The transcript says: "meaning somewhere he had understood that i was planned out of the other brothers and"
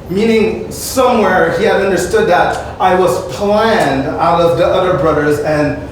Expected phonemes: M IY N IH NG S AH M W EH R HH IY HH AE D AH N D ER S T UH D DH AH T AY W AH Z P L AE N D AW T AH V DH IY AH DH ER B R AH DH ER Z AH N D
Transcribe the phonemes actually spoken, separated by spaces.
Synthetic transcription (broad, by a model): M IY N IH NG S AH M W EH R HH IY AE D AH N D ER S T UH D DH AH T AY W AH Z P L AE N D AW T AH V DH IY AH DH ER B R AH DH ER Z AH N